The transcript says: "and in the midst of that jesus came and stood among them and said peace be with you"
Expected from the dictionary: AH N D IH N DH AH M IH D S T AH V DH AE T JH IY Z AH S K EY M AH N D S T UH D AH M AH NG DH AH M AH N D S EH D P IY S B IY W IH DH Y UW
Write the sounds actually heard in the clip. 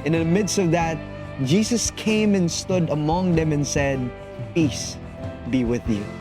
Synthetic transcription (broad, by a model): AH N IH N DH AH M IH D S T AH V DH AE T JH IY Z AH S K EY M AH N S T UH D AH M AH NG DH AH M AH N S EH D P IY S B IY W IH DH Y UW